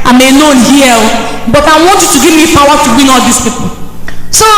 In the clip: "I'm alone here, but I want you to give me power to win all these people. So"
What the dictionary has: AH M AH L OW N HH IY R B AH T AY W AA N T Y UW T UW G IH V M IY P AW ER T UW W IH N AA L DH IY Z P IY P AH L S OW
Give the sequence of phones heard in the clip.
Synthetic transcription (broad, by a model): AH M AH N OW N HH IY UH B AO T AY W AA N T Y UW T UW G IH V M IY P AW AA T UW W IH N AA L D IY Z P IY P AH L S OW